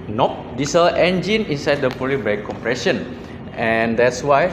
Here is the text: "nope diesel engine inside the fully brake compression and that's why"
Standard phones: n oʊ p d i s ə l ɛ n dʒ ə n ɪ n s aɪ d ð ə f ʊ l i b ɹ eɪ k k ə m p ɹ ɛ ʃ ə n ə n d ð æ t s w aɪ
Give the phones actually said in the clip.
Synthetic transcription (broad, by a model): n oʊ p d i s ə l ɛ n dʒ ə n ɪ n s aɪ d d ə p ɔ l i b eɪ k k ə m p ɹ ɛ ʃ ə n ə n d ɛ t s w aɪ